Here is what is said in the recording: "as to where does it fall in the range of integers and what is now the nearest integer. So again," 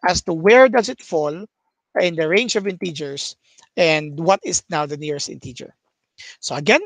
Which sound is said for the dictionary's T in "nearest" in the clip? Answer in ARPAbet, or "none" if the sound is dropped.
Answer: T